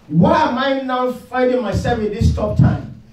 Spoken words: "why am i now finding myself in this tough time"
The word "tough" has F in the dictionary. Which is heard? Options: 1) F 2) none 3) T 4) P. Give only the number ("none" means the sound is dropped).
4